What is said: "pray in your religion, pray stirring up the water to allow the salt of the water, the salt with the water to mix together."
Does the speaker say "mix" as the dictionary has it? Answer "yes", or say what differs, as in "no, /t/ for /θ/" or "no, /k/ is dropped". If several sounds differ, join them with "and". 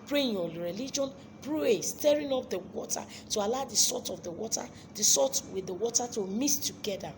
no, /k/ is dropped